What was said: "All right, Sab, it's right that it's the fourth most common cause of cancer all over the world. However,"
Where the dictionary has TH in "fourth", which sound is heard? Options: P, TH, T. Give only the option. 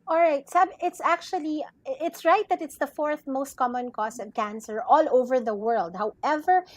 TH